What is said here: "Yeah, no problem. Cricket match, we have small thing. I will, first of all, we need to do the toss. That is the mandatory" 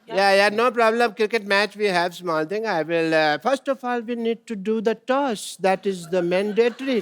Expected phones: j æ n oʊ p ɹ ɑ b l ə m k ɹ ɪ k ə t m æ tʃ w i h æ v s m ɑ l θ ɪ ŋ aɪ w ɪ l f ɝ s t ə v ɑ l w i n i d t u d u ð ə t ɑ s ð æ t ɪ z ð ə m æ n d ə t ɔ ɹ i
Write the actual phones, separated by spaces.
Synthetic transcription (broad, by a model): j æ n oʊ p ɹ ɑ b l ə m k ɹ ɪ k ə t m æ tʃ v i h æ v s m ɑ l t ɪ ŋ aɪ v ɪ l f ɝ s t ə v ɑ l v i n i d t u d u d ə t ɑ s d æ t ɪ z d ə m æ n d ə t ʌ ɹ i